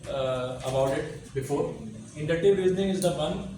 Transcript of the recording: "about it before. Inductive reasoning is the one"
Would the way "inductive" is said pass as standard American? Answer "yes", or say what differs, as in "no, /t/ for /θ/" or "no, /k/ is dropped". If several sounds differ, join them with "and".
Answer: no, /k/ is dropped